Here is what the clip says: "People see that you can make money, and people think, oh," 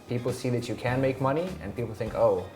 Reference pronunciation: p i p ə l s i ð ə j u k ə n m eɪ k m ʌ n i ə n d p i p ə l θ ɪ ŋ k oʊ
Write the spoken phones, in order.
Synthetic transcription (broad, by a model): p i p l s i ð ə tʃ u k ə n m eɪ k m ʌ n i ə n p i p l θ ɪ ŋ k oʊ